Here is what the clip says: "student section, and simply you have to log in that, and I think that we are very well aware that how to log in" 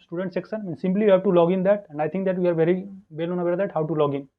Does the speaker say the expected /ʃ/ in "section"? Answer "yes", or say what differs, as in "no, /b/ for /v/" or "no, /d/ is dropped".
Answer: no, /s/ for /ʃ/